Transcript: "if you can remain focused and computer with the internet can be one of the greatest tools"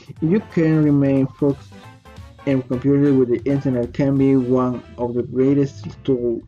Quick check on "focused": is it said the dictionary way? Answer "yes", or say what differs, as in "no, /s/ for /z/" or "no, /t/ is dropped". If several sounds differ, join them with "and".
no, /t/ is dropped